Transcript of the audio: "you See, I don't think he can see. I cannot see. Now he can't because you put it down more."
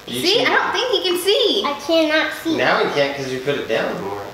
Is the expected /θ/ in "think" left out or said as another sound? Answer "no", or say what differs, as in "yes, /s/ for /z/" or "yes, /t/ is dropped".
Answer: no